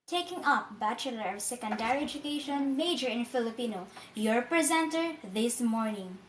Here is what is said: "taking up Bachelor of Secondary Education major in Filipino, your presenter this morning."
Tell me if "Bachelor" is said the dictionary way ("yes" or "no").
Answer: yes